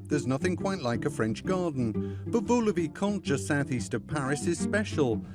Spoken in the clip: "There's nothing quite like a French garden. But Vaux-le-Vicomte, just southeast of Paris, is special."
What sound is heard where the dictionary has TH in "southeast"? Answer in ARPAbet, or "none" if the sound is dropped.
TH